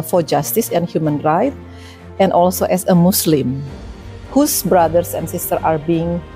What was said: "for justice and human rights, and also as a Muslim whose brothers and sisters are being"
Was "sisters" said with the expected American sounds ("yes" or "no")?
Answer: no